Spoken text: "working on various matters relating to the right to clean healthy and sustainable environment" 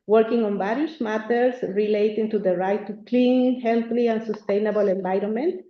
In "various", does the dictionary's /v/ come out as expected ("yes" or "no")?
no